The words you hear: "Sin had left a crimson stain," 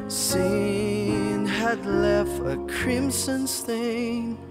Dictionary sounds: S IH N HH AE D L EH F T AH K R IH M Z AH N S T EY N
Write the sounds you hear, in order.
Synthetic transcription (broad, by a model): S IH N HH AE D L EH F T AH K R IH M S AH N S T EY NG